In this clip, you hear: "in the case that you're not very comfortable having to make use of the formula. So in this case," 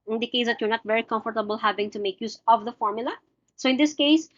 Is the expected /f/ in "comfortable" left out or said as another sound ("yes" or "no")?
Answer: no